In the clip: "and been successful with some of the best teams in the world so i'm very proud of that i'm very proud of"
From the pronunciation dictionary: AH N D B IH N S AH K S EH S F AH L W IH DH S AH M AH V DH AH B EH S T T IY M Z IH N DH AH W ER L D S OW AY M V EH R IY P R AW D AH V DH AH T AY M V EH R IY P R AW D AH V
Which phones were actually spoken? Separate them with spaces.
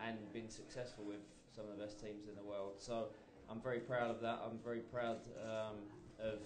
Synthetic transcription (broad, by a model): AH N B IH N S AH K S EH S F AH L W IH DH S AH M AH V DH AH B EH S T T IY M Z IH N DH AH W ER L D S OW AY M V EH R IY P R AW D AH V DH AH T AY M V EH R IY P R AW D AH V